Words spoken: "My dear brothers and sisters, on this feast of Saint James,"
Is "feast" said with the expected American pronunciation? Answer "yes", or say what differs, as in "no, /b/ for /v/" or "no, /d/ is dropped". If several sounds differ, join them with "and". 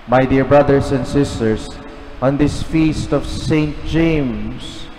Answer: yes